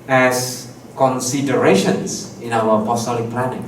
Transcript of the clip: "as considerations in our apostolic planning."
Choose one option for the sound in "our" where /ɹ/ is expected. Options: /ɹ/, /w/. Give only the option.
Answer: /w/